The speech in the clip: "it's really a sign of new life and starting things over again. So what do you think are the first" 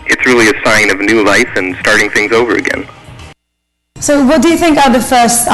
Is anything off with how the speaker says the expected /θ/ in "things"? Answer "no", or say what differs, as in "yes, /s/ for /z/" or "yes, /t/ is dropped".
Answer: no